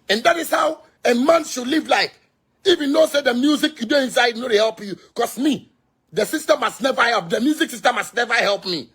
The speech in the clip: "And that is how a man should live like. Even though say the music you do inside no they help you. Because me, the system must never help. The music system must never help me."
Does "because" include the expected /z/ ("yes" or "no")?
no